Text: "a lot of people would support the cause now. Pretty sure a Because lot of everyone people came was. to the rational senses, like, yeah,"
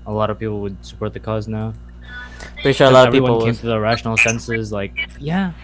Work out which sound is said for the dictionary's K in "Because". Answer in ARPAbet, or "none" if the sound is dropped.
none